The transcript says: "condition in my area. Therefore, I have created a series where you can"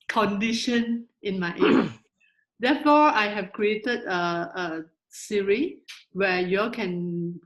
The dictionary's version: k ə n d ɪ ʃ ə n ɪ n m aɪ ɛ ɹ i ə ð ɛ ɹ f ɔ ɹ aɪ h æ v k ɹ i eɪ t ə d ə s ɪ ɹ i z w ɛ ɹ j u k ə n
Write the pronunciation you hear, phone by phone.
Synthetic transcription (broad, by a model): k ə n d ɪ ʃ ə n ɪ n m aɪ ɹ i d ɛ f ɔ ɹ aɪ h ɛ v k ɹ i eɪ t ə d ə s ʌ ɹ i w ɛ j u k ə n